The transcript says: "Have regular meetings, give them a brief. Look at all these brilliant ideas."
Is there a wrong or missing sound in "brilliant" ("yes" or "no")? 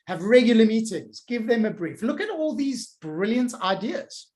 no